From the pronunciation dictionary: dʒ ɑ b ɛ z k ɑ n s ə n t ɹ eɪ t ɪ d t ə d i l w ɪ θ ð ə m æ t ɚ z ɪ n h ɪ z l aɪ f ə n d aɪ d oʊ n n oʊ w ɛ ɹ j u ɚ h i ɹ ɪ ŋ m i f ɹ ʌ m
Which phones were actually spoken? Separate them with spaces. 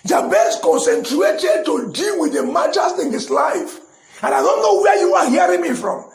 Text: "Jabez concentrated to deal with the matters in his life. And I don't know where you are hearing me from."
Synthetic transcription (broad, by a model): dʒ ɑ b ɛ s k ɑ n s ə n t ɹ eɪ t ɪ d t ə d i l w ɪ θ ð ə m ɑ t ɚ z ɪ n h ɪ s l aɪ f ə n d aɪ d oʊ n n oʊ w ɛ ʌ j u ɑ h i ɹ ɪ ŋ m i f ɹ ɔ m